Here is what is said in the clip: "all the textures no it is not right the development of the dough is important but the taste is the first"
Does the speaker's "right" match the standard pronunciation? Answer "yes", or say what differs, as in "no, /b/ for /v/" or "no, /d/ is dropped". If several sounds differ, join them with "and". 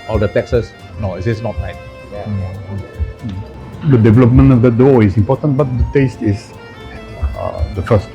no, /l/ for /ɹ/